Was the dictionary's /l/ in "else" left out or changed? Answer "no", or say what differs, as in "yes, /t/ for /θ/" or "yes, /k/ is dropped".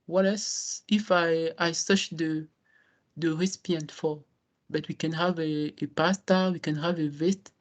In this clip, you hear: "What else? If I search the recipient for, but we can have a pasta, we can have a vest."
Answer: yes, /l/ is dropped